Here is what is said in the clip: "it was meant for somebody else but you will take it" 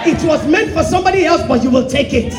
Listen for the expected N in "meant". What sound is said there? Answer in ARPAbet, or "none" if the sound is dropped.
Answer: N